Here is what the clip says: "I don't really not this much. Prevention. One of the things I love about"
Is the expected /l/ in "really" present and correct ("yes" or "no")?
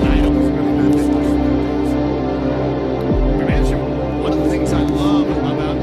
no